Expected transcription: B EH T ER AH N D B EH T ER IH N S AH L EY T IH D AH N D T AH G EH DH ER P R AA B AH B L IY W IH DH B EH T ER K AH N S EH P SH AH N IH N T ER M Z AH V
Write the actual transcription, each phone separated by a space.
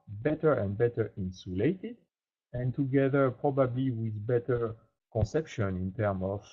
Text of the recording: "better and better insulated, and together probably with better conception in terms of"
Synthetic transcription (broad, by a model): B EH T ER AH N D B EH T ER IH N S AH L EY T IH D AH N T AH G EH DH ER P R AA B AH B L IY W IH DH B EH T ER K AH N S EH P SH AH N IH N T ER M AH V